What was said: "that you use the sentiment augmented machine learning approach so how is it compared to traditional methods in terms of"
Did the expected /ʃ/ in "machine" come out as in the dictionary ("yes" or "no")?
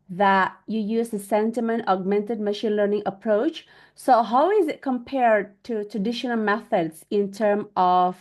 yes